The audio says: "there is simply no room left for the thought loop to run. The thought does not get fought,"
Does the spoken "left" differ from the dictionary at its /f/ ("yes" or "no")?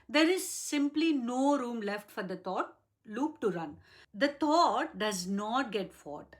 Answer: no